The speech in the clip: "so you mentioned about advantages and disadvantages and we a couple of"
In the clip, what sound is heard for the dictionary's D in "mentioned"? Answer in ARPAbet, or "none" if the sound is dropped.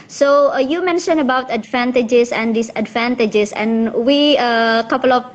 none